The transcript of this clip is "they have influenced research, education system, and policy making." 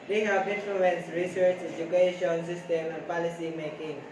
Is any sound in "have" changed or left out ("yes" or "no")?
yes